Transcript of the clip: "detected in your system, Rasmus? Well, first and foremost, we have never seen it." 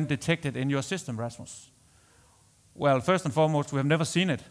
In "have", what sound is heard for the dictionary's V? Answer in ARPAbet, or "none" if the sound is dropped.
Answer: V